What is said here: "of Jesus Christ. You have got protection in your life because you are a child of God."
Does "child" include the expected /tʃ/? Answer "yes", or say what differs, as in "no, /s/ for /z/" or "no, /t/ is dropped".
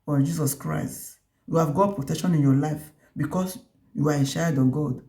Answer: no, /ʃ/ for /tʃ/